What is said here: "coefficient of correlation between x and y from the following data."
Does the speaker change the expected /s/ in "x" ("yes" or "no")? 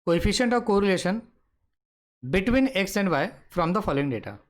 no